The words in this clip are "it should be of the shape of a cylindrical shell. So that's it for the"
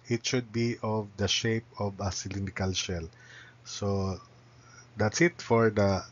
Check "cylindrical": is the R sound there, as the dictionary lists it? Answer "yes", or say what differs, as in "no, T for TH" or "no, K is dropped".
no, R is dropped